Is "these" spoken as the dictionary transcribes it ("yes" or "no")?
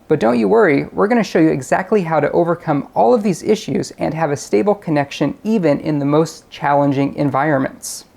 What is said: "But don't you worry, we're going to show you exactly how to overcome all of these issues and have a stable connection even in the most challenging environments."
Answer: yes